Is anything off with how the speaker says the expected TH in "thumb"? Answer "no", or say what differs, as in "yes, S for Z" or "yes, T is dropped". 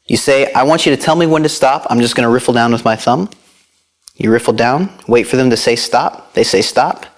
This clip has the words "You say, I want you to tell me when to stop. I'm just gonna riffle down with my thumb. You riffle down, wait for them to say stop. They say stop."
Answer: no